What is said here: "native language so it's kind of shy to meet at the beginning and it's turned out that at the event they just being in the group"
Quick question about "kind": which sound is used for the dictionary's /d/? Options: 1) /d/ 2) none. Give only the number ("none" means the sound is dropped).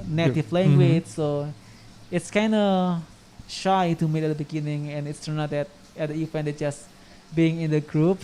1